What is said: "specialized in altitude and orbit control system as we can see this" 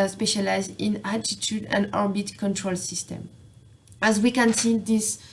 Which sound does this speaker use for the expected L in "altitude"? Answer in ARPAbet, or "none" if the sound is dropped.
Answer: none